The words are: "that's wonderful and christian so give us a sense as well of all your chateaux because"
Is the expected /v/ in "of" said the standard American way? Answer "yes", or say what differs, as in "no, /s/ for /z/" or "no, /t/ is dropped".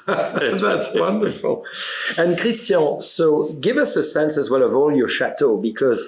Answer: yes